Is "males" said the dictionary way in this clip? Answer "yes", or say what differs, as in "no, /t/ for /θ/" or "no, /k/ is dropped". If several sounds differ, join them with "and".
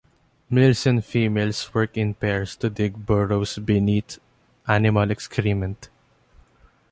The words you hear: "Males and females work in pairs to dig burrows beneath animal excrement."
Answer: no, /s/ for /z/